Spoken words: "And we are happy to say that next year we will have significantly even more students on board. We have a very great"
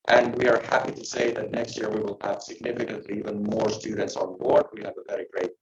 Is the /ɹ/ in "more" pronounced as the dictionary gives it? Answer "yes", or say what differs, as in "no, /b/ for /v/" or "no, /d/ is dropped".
yes